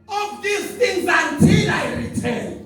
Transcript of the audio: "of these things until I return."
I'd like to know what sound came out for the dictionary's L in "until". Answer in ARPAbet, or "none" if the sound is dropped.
N